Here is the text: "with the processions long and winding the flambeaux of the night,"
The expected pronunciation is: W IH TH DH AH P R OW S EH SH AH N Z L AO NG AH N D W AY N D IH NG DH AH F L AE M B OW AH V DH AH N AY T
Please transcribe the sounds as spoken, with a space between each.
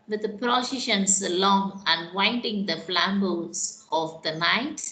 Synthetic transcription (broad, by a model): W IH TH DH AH P R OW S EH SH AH N S L AO NG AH N W AY N D IH NG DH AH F L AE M B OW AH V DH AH N AY T